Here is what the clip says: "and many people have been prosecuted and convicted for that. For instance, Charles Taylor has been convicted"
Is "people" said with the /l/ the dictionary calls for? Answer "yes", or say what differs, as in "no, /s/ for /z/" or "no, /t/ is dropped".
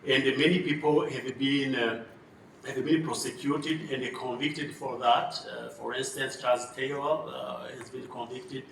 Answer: no, /n/ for /l/